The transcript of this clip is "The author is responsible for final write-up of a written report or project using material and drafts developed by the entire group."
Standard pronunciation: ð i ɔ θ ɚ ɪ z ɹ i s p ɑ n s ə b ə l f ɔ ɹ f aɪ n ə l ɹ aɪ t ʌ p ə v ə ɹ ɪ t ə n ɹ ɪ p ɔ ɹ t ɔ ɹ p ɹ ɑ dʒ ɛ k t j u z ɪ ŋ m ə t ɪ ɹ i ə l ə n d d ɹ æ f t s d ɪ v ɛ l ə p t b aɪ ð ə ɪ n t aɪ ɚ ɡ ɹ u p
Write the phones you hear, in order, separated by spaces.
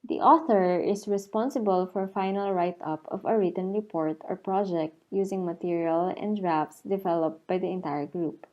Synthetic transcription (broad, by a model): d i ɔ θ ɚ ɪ s ɹ i s p ɑ n s ə b ə l f ɔ ɹ f aɪ n ə l ɹ aɪ t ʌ p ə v ə ɹ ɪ t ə n ɹ ɪ p ɔ ɹ t ɔ ɹ p ɹ ɑ dʒ ɛ k t j u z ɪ ŋ m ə t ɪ ɹ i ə l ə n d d ɹ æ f s d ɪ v ɛ l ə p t b aɪ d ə ɪ n t aɪ ɚ ɡ ɹ u p